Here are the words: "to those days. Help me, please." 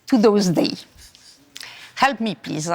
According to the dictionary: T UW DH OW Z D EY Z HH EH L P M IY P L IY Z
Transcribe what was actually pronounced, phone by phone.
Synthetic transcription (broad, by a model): T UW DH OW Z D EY HH EH L P M IY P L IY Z